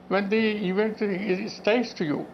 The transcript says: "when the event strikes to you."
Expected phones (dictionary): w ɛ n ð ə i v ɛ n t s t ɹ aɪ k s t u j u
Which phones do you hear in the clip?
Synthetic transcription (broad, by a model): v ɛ n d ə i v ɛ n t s t aɪ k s t u j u